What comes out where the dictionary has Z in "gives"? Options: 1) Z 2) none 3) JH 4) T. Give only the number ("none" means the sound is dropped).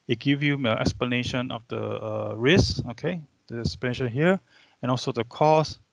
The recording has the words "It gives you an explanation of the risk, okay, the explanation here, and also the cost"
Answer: 2